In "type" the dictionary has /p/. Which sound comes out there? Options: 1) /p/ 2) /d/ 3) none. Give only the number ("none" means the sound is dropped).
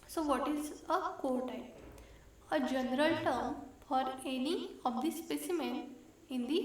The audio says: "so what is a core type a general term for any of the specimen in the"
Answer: 3